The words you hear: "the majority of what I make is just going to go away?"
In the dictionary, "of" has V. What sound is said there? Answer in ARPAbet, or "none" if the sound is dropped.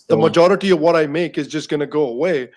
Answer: V